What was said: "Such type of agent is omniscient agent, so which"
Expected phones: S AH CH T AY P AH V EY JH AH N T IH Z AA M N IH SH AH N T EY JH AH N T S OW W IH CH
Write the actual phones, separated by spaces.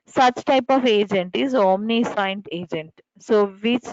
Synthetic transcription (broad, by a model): S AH CH T AY P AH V EY JH AH N T IH Z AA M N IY S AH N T EY JH AH N T S OW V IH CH